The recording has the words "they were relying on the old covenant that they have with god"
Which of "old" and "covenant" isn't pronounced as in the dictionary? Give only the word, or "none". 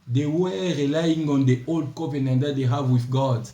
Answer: covenant